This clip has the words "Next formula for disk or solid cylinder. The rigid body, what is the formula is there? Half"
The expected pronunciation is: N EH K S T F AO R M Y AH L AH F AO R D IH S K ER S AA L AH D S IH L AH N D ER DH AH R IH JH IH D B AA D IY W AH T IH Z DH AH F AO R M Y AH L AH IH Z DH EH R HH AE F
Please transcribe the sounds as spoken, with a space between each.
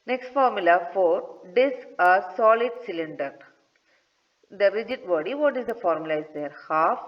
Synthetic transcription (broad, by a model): N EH K S T F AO R M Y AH L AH F AO R D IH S ER S AA L AH D S IH L AH N D ER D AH R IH JH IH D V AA D IY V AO T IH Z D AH F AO R M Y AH L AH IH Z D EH R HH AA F